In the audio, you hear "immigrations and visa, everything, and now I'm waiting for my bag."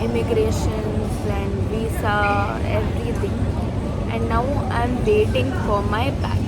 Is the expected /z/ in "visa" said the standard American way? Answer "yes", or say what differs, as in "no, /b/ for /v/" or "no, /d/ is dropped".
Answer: no, /s/ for /z/